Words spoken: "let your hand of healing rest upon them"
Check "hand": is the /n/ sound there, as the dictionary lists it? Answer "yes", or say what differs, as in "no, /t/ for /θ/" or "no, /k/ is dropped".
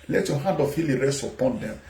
no, /n/ is dropped